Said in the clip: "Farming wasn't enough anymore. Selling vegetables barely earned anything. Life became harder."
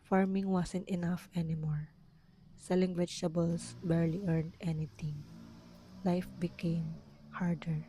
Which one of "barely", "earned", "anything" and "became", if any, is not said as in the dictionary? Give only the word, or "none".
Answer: anything